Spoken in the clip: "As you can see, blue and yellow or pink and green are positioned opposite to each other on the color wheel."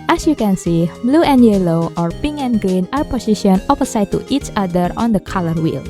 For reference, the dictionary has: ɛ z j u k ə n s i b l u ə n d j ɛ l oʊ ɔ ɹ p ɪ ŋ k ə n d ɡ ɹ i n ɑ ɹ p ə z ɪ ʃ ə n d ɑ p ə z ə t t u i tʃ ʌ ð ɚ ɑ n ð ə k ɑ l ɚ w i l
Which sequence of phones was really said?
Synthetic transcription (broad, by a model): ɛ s j u k ə n s i b l u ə n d j ɛ l oʊ ɔ ɹ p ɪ ŋ ə n ɡ ɹ i n ɑ ɹ p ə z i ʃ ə n ɑ f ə s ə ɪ t u i tʃ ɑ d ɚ ɑ n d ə k ɑ l ɚ w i l